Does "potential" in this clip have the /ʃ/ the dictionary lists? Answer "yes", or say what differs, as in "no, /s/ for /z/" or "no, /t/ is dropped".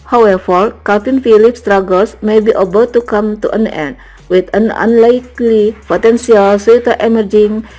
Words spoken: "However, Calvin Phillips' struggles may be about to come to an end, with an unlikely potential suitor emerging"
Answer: no, /s/ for /ʃ/